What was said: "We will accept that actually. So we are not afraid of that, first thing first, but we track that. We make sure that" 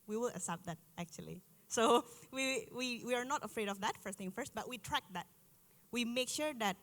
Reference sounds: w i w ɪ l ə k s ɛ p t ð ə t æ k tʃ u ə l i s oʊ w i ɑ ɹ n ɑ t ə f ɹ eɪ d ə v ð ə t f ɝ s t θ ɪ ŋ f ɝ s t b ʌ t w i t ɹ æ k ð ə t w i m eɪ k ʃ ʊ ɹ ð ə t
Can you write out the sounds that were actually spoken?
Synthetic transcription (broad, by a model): w i w ɪ l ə s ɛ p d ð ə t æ k tʃ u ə l i s oʊ w i ɑ ɹ n ɑ t ə f ɹ eɪ d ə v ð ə t f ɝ s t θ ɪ ŋ f ɝ s t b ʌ t w i t ɹ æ k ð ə t w i m eɪ k ʃ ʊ ɹ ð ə t